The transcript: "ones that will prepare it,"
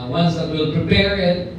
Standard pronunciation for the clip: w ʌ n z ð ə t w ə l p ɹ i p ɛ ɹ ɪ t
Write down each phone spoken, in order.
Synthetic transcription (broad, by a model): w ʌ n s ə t w ə l p ɹ i p ɛ ɹ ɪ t